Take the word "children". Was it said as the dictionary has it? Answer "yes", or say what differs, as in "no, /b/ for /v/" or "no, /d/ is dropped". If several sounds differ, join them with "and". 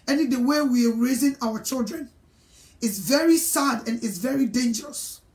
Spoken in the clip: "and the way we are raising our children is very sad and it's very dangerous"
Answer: yes